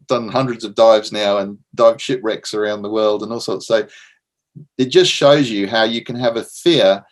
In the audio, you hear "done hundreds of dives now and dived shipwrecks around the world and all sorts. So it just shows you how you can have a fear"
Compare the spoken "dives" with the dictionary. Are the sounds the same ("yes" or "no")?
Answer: yes